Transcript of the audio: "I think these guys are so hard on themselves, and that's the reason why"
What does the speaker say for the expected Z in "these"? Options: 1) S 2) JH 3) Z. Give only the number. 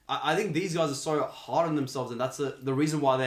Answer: 3